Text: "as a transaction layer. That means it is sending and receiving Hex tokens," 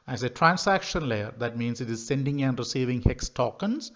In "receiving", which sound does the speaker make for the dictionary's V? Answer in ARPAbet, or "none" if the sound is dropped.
V